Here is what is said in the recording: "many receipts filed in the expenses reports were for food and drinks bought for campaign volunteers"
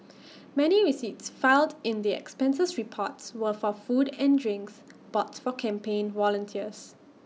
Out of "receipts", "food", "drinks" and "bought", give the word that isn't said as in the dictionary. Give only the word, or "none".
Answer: none